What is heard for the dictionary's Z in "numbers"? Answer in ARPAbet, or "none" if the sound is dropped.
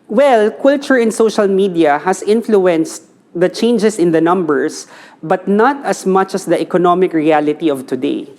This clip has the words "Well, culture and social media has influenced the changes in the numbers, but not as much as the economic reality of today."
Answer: S